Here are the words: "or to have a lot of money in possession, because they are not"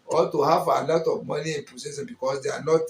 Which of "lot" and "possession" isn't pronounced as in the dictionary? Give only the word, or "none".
possession